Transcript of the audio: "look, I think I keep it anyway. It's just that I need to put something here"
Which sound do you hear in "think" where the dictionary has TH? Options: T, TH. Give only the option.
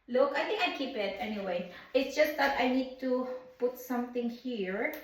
T